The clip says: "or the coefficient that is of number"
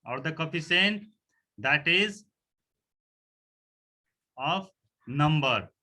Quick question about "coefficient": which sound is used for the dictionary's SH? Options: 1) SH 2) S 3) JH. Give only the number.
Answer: 2